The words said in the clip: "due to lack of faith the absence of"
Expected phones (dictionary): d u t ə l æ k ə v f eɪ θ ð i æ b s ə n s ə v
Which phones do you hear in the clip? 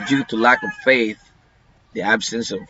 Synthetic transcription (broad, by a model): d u t ə l æ k ə v f eɪ θ ð i æ b s ə n s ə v